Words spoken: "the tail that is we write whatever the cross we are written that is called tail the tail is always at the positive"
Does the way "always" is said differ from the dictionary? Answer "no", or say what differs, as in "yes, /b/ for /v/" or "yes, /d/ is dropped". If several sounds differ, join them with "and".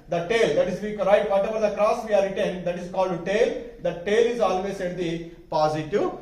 yes, /s/ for /z/